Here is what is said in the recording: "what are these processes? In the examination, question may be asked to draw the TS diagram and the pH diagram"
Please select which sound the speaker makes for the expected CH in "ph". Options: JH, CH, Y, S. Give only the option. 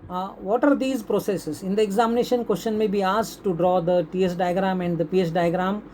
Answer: S